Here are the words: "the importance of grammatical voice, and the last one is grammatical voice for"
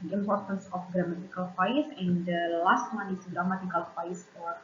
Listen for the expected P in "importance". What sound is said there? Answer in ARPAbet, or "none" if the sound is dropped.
P